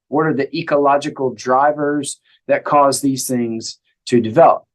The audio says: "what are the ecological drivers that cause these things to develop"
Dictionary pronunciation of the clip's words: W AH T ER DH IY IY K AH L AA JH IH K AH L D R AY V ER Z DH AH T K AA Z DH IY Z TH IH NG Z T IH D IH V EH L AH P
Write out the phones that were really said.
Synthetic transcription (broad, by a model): W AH T ER DH IY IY K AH L AA JH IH K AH L D R AY V ER Z DH AH T K AA Z DH IY Z TH IH NG Z T IH D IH V EH L AH P